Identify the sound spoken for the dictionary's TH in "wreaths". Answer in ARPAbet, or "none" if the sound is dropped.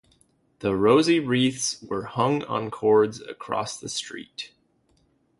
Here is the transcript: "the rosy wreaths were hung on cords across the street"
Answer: TH